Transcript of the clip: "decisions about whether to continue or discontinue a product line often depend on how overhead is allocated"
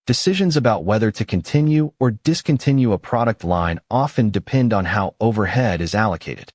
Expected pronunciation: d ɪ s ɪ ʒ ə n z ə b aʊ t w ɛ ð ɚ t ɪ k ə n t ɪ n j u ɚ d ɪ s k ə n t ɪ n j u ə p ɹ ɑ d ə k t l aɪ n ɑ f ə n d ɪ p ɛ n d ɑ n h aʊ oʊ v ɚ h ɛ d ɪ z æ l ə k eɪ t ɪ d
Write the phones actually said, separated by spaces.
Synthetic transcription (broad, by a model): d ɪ s ɪ ʒ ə n z ə b aʊ t w ɛ ð ɚ t ɪ k ə n t ɪ n j u ɚ d ɪ s k ə n t ɪ n j u ə p ɹ ɑ d ə k t l aɪ n ɑ f ə n d ɪ p ɛ n d n h aʊ oʊ v ɚ h ɛ d ɪ z æ l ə k eɪ t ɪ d